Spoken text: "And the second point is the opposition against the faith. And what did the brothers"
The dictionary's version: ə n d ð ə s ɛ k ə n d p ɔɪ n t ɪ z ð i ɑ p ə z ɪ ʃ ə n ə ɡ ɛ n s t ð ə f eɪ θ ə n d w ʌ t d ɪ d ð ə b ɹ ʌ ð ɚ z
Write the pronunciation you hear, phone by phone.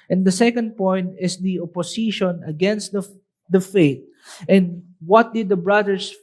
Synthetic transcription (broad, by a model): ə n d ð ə s ɛ k ə n d p ɔɪ n t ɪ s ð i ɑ p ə s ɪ ʃ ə n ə ɡ ɛ n s t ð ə f eɪ t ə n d w ʌ t d ɪ d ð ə b ɹ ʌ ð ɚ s